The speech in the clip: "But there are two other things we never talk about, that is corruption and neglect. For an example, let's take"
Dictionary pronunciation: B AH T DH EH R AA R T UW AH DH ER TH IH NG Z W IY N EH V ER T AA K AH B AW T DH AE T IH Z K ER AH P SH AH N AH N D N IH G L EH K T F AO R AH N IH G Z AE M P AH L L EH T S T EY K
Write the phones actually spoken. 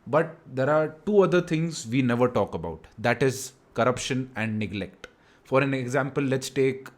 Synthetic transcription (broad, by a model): B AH T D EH R AA R T UW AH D ER T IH NG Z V IY N EH V ER T AA K AH B AW T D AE T IH Z K ER AH P SH AH N AH N D N IH G L EH K T F AO R AH N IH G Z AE M P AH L L EH T S T EY K